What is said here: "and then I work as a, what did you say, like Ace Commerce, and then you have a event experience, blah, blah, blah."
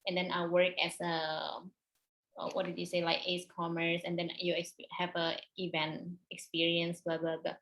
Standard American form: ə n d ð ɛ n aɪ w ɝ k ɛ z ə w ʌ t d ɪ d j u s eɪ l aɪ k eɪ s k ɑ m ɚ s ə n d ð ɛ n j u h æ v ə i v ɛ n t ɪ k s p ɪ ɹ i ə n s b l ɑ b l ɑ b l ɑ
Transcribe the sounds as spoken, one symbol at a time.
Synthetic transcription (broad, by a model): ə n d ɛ n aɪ w ɝ k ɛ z ə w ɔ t d ɪ d j u s eɪ l aɪ k eɪ s k ɑ m ɚ s ə n d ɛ n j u h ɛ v ə i v ɛ n t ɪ k s p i ɹ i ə n s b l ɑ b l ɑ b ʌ